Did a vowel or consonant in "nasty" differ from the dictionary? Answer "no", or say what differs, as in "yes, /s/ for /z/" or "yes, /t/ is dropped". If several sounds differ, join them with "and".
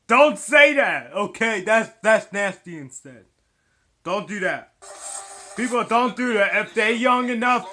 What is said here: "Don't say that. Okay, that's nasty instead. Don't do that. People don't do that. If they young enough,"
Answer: no